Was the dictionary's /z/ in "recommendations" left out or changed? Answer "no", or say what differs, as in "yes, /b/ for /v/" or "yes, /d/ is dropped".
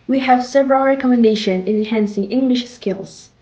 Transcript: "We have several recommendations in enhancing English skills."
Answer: yes, /z/ is dropped